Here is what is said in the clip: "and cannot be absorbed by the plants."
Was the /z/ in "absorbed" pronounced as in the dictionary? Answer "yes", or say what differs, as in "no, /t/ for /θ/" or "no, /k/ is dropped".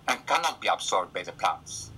no, /s/ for /z/